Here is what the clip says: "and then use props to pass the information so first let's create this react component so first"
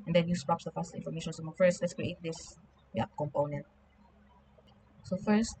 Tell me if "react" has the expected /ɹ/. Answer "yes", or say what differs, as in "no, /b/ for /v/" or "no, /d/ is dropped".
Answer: no, /w/ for /ɹ/